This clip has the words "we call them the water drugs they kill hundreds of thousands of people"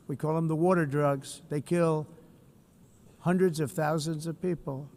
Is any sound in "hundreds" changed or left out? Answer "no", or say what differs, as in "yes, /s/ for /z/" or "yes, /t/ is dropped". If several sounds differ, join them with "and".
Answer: no